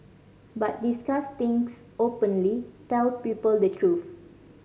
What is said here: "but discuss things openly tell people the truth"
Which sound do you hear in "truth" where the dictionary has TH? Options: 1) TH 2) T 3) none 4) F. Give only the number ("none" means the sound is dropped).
4